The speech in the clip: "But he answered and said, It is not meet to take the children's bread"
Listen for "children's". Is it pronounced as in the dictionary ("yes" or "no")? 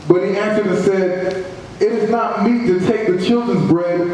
yes